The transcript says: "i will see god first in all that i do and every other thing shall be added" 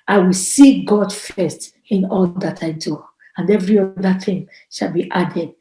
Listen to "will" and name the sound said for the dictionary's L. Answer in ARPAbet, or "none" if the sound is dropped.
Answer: L